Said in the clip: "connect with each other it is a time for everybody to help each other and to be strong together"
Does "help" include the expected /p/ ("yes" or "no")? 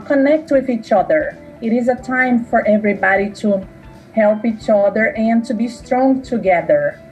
yes